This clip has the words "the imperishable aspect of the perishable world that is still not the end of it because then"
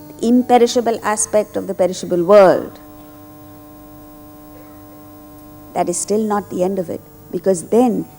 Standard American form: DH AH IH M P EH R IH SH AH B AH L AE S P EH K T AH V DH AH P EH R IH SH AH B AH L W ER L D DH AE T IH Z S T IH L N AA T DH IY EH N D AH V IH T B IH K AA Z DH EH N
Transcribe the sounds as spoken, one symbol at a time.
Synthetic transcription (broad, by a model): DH IH M P EH R IH SH AH B AH L AE S P EH K T AH V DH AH P EH R IH SH AH B AH L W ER L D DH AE T IH Z S T IH L N AA T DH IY EH N D AH V IH T B IH K AA Z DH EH N